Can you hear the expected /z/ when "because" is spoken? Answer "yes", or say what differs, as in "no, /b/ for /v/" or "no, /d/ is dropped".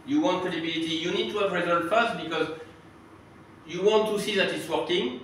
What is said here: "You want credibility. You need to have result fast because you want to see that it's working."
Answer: yes